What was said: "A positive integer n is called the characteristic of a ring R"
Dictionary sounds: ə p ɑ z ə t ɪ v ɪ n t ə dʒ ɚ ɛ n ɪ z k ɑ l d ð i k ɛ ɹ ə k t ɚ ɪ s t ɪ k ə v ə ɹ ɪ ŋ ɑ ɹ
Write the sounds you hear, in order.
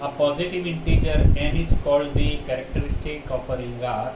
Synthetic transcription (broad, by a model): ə p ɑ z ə t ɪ v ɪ n t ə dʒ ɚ ɛ n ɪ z k ɑ l d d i k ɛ ɹ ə k t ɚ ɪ s t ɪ k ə p ə ɹ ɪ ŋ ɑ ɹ